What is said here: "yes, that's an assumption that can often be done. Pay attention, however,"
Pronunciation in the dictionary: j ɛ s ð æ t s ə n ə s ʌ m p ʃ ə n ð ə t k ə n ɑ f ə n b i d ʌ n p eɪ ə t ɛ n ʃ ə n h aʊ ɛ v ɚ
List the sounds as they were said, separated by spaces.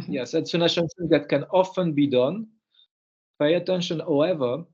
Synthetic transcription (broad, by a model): j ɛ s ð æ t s ə n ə ʃ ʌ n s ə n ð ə t k ə n ɑ f ə n b i d ʌ n p eɪ ə t ɛ n ʃ ə n h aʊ ɛ v ɚ